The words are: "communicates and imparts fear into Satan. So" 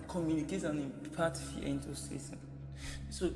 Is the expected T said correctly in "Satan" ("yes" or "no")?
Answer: no